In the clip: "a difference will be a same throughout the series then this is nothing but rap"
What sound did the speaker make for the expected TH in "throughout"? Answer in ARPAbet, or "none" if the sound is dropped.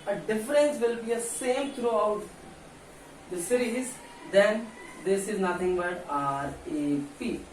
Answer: T